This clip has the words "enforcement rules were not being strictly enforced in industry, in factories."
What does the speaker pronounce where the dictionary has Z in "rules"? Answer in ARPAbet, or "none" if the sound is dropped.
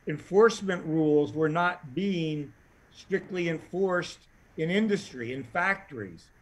Z